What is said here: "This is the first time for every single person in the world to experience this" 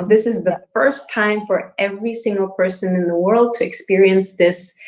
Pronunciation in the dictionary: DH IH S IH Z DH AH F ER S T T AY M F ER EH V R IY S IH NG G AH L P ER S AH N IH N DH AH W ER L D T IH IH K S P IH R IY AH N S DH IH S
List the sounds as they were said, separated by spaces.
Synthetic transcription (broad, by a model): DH IH S IH Z DH AH F ER S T T AY M F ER EH V R IY S IH NG G AH L P ER S AH N IH N DH AH W ER L D T IH IH K S P IH R IY AH N S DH IH S